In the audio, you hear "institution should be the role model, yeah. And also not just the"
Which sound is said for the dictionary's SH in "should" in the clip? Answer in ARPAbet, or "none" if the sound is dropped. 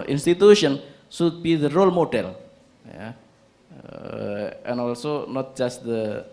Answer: S